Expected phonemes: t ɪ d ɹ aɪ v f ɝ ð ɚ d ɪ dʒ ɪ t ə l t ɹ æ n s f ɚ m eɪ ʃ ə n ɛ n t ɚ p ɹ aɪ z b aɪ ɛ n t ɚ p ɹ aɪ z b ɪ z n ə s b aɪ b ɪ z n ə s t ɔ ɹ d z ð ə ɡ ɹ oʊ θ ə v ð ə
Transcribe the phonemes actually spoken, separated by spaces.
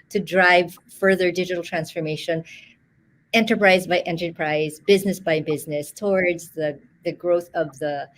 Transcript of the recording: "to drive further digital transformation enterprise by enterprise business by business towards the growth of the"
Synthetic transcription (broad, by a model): t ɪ d ɹ aɪ v f ɝ ð ɚ d ɪ dʒ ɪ t l t ɹ æ n s f ɚ m eɪ ʃ ə n ɛ n t ɚ p ɹ aɪ z b aɪ ɛ n t ɚ p ɹ aɪ z b ɪ z n ə s b aɪ b ɪ z n ə s t ɔ ɹ d z ð ə ɡ ɹ oʊ θ ə v ð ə